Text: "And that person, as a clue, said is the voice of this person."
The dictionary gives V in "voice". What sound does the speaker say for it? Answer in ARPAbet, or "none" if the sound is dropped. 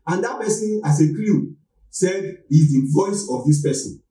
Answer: V